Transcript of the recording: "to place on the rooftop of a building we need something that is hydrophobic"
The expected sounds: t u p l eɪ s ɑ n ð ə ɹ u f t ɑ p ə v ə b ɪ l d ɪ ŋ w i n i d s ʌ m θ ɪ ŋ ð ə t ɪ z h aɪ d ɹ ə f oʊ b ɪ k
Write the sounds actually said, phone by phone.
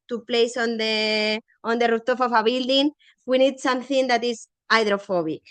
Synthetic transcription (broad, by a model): t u p l eɪ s ɑ n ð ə ɹ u t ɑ f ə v ə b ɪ l d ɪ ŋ w i n i d s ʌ m θ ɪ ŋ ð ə t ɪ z aɪ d ɹ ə f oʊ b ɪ k